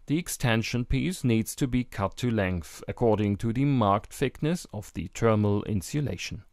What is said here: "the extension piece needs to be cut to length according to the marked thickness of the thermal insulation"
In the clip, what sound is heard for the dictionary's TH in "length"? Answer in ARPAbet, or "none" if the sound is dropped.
TH